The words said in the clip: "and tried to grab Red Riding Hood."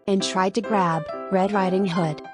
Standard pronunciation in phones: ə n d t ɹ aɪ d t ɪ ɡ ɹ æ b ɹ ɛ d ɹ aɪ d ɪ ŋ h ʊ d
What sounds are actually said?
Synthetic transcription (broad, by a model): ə n t ɹ aɪ d t ɪ ɡ ɹ æ b ɹ ɛ d l aɪ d ɪ ŋ h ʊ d